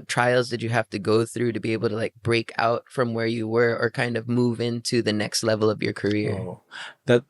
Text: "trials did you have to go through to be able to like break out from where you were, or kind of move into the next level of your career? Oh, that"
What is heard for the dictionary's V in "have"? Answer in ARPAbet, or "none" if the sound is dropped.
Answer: F